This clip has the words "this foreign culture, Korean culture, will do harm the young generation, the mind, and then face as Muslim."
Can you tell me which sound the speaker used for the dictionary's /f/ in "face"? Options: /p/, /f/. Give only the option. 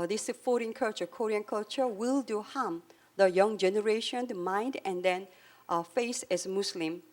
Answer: /f/